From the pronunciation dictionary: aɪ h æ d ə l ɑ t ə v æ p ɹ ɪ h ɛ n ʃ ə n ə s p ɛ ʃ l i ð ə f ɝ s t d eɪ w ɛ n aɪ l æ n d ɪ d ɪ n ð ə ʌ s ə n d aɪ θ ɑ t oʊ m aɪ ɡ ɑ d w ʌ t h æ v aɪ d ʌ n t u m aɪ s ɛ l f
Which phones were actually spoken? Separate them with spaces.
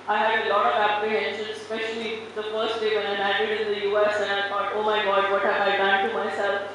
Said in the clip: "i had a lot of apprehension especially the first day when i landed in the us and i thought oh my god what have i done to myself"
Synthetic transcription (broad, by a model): aɪ h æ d ə l ɑ t ə v æ p ɹ ɪ h ɛ n ʃ ə n s p ɛ ʃ l i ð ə f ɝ s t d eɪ w ɛ n aɪ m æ d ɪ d ɪ n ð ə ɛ s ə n aɪ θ ɑ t oʊ m aɪ ɡ ɑ d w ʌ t h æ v aɪ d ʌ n t u m aɪ s ɛ l f